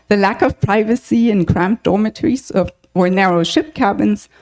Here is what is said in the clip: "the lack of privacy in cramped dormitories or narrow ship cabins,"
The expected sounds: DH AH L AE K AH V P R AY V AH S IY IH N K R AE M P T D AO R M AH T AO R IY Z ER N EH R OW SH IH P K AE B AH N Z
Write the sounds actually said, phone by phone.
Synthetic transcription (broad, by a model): DH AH L AE K AH V P R AY V AH S IY IH N K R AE M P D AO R M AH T R IY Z ER N EH R OW SH IH P K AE B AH N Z